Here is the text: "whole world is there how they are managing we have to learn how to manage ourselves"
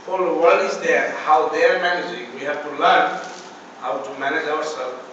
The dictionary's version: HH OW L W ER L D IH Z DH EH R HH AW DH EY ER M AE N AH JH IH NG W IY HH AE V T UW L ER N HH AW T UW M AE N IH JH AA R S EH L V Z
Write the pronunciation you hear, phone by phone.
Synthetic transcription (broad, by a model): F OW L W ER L IH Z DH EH HH AW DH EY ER M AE N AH JH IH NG W IY HH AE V T UW L ER N HH AW T UW M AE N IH JH AA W S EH L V